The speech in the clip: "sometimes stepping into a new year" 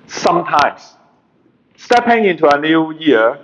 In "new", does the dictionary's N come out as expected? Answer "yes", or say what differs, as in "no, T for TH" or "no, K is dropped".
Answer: yes